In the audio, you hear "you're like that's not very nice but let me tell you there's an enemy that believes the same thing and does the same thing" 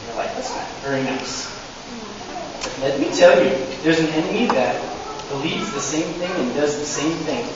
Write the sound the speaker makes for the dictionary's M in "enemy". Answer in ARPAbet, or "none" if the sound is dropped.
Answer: none